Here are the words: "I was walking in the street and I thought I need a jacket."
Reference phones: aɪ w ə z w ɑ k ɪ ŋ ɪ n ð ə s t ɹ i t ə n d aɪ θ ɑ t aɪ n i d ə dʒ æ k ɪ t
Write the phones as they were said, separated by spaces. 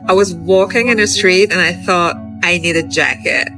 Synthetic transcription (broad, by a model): aɪ w ə z w ɑ k ɪ ŋ ɪ n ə s t ɹ i t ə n aɪ θ ɑ t aɪ n i d ə dʒ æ k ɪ t